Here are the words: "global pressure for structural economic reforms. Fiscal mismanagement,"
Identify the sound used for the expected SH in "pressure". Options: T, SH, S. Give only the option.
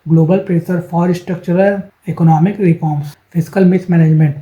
S